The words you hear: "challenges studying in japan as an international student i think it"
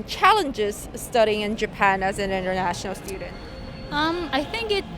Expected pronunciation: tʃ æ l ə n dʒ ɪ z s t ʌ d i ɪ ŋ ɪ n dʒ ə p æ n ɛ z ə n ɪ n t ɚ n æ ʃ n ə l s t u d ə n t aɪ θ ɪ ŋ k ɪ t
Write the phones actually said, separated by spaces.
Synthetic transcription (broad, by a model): tʃ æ l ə n dʒ ɪ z s t ʌ d i ɪ ŋ ɪ n dʒ ə p æ n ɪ z ə n ɪ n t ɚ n æ ʃ n l s t u d n t aɪ θ ɪ ŋ k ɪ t